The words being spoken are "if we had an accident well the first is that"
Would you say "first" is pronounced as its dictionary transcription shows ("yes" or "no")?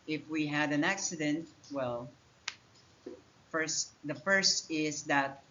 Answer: yes